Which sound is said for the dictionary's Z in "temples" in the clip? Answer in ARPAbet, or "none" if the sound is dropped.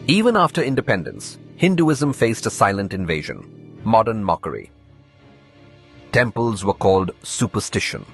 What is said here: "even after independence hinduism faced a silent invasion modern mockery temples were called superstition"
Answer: Z